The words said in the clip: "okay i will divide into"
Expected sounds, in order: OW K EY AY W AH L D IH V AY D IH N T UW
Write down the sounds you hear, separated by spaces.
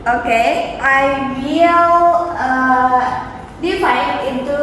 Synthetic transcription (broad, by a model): OW K EY AY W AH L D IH F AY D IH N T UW